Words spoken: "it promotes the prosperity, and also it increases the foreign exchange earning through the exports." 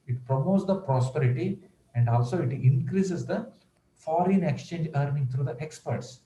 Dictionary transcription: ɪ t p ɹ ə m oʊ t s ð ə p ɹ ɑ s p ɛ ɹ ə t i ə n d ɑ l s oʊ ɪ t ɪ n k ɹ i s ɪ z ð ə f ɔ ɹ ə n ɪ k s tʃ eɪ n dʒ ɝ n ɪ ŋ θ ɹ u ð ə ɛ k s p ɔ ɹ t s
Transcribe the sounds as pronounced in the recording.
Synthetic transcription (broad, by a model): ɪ t p ɹ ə m oʊ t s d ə p ɹ ɑ s p ɛ ɹ ə t i ə n d ɑ l s oʊ ɪ t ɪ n k ɹ i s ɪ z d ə f ɔ ɹ ə n ɪ k s tʃ eɪ n dʒ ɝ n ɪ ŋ t ɹ u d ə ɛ k s p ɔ ɹ t s